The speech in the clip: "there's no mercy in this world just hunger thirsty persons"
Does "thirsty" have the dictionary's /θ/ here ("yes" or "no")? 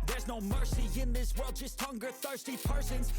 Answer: yes